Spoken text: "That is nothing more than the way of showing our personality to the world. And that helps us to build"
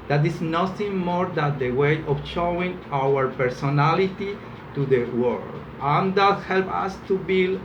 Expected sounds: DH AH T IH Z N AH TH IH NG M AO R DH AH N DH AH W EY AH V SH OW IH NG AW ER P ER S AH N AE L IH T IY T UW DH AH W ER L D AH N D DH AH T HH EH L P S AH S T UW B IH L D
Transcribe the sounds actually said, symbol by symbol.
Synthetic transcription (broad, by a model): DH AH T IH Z N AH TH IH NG M AO R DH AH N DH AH W EY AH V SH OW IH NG AW ER P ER S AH N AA L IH T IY T UW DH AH W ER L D AH N D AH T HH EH L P AH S T UW B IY L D